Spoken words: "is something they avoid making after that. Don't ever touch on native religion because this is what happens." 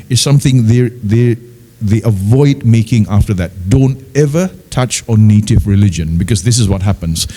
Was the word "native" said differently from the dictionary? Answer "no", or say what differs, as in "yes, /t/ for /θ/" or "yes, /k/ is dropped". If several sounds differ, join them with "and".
no